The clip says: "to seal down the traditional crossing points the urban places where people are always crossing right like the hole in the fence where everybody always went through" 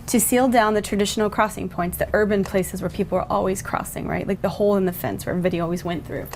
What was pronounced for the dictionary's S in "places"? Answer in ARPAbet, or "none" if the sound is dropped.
S